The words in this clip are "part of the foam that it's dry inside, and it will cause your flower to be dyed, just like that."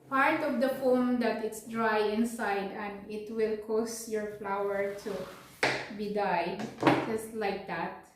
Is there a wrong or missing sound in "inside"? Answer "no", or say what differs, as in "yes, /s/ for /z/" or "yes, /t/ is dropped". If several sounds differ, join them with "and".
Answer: no